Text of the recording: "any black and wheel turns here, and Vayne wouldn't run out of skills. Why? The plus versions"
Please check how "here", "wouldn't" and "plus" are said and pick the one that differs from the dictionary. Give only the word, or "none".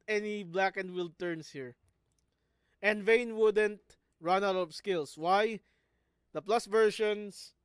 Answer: none